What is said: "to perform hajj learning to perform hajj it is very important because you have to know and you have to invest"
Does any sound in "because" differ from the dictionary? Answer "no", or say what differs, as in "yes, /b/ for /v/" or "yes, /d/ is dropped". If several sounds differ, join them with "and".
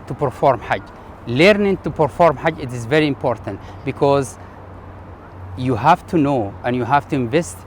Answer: no